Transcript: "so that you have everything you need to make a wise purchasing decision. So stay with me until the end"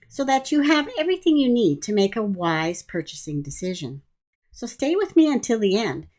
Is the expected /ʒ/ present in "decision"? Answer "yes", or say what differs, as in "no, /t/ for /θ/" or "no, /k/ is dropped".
yes